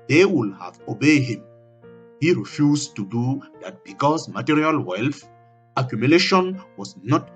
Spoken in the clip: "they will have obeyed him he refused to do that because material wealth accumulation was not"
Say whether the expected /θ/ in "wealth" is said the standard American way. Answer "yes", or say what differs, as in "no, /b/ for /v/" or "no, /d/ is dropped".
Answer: no, /f/ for /θ/